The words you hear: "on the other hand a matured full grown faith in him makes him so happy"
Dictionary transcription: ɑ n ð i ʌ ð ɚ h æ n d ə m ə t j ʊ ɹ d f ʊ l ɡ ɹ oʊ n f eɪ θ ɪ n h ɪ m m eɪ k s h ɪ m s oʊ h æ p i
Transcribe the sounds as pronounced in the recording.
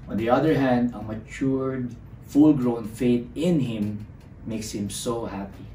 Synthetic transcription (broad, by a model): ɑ n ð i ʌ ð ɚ h æ n d ə m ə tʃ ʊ ɹ d f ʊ l ɡ ɹ oʊ n f eɪ t ɪ n h ɪ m m eɪ k s h ɪ m s oʊ h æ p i